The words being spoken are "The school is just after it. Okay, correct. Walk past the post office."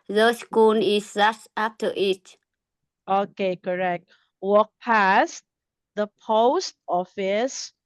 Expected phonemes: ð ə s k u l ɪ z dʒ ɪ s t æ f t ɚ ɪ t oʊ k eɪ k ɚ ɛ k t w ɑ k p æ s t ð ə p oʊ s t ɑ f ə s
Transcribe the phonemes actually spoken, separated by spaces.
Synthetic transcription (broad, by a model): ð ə s k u n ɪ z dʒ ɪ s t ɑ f t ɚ ɪ t oʊ k eɪ k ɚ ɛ k t w ɑ k p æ s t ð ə p oʊ s t ɑ f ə s